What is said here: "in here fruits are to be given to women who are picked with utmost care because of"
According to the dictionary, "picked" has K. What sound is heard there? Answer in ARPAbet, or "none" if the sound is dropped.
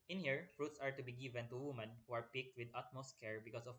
K